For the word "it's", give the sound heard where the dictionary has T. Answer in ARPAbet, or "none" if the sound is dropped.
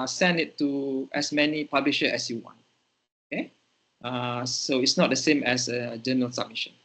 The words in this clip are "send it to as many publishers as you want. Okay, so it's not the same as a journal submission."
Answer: T